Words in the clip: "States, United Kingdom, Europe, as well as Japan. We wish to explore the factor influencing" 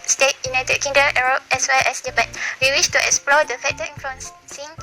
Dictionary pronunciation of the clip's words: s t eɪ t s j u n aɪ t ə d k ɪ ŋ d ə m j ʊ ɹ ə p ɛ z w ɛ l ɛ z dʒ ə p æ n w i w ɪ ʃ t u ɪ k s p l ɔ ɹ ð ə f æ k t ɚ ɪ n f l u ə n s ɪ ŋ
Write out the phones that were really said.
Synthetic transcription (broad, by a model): s t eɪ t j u n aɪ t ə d k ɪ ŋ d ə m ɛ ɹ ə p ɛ s w ɛ l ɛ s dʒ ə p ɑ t w i w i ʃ t u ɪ k s p l ɔ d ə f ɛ t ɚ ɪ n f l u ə n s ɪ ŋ